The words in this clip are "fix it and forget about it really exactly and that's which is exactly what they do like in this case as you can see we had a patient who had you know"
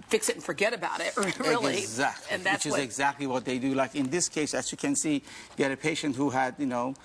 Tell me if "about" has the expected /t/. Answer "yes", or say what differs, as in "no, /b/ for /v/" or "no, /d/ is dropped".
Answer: yes